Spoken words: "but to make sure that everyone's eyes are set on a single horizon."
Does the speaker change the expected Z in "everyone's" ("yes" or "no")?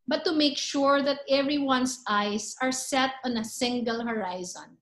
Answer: yes